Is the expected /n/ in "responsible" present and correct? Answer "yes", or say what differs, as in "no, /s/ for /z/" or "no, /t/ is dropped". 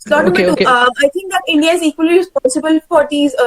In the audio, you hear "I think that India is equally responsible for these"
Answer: no, /n/ is dropped